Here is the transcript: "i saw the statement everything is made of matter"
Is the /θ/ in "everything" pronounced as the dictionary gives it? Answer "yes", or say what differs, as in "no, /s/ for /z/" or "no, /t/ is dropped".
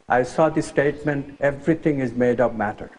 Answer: no, /t/ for /θ/